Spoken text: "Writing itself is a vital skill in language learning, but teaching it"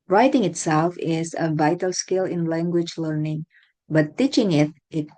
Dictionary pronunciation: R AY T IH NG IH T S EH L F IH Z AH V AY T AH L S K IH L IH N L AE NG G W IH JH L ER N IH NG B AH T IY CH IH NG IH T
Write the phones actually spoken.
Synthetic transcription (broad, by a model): R AY T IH NG IH T S EH L F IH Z AH V AY T AH L S K IH L IH N L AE NG G W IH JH L ER N IH NG B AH T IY CH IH NG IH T